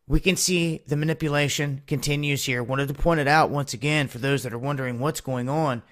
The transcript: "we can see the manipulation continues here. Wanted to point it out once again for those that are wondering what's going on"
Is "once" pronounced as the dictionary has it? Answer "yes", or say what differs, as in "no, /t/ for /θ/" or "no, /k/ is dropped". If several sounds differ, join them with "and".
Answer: yes